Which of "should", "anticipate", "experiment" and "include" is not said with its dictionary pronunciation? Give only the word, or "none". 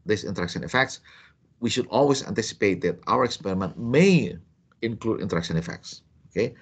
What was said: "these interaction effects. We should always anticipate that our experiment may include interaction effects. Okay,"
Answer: none